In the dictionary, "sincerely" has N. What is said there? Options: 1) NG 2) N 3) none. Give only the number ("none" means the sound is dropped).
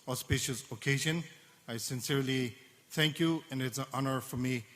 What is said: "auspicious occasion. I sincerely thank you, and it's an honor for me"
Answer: 2